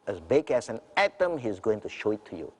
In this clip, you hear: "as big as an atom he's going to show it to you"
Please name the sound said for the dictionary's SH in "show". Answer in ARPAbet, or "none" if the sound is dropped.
SH